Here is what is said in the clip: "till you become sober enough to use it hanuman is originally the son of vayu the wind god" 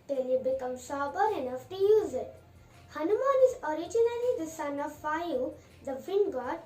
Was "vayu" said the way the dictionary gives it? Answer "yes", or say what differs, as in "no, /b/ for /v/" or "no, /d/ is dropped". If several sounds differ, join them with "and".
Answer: no, /f/ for /v/